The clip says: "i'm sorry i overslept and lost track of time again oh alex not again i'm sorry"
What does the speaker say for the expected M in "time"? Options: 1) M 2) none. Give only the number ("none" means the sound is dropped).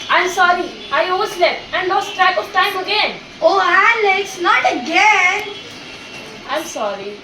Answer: 1